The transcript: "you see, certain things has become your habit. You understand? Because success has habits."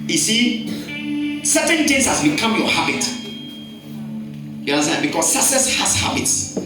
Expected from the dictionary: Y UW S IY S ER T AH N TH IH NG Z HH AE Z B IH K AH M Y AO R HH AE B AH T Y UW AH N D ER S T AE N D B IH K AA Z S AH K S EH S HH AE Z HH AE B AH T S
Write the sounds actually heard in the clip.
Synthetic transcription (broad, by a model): Y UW S IY S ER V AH N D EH Z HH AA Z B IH K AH M Y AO HH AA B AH T Y UW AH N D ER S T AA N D B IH K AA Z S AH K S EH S HH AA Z HH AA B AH T S